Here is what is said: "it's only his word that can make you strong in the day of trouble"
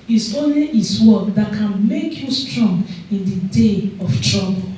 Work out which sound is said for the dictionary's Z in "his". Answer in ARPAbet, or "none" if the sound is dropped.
S